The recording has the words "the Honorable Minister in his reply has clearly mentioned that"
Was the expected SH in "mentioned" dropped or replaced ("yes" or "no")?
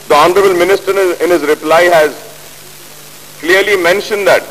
no